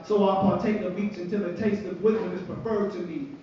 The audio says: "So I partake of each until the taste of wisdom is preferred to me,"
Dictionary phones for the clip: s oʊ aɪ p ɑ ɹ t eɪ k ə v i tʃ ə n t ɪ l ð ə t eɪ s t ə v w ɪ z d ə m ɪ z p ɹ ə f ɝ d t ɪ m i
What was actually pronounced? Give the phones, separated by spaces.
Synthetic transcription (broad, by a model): s oʊ aɪ p ɑ ɹ t eɪ k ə w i s ə n t ɪ l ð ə t eɪ s t ə v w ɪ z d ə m ɪ z p ɹ ə f ɝ d t ɪ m i